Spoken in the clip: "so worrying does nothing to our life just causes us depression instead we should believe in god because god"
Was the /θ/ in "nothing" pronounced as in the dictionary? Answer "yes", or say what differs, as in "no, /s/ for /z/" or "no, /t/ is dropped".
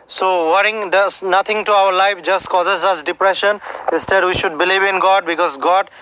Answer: no, /t/ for /θ/